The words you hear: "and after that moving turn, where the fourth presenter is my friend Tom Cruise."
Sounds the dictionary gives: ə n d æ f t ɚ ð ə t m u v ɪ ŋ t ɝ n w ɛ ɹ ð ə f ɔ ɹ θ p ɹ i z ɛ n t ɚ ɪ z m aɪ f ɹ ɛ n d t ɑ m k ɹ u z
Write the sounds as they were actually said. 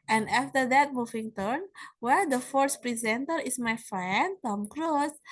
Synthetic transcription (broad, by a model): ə n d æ f t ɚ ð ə t m u v ɪ ŋ t ɝ n w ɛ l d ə f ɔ ɹ s p ɹ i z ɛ n t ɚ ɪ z m aɪ f ɹ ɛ n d t ɑ m k ɹ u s